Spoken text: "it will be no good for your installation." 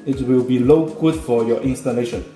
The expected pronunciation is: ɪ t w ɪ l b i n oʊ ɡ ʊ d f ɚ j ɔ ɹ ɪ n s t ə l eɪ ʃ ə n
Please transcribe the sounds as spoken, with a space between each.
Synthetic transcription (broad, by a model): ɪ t w ɪ l b i l oʊ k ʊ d f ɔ j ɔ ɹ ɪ n s t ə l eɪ ʃ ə n